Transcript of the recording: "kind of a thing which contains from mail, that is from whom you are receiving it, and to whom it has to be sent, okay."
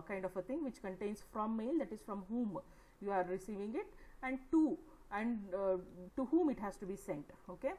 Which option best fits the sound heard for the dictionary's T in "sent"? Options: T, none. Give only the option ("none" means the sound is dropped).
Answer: T